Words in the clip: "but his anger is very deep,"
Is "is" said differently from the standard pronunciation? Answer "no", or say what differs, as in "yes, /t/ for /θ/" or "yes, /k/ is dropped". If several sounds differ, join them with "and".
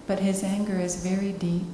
no